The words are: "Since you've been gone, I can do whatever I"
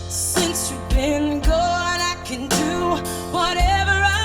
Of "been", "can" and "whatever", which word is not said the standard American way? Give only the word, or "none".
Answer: none